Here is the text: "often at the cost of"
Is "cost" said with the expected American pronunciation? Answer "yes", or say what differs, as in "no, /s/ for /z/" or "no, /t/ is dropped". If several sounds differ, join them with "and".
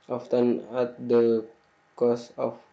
no, /t/ is dropped